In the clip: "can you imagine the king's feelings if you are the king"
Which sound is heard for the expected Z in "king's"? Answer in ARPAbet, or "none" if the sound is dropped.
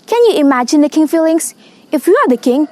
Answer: none